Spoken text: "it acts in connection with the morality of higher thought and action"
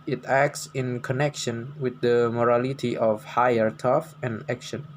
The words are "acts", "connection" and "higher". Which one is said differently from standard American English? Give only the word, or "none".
none